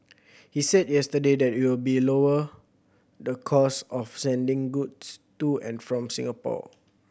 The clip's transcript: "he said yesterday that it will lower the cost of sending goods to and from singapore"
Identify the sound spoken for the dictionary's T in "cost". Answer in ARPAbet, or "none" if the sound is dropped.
none